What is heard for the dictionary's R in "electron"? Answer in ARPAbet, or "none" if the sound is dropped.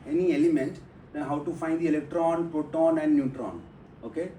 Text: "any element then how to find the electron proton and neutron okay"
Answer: R